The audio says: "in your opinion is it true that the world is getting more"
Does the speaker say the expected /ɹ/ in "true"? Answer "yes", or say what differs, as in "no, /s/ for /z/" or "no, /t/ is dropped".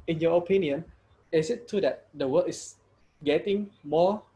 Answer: no, /ɹ/ is dropped